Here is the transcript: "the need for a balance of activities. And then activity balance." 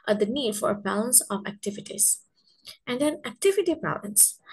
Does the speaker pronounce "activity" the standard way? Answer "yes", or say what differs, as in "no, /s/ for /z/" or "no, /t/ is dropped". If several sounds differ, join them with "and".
yes